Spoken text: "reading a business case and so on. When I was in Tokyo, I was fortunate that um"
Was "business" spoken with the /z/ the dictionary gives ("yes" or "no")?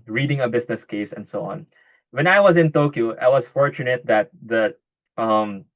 no